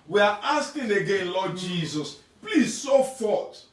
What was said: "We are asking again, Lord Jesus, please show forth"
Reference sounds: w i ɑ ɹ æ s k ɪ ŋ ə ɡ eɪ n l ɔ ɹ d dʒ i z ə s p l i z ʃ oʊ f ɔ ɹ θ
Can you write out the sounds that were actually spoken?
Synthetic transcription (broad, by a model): w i ɑ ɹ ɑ s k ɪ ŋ ə ɡ eɪ n l ɔ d dʒ i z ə s p l i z s oʊ f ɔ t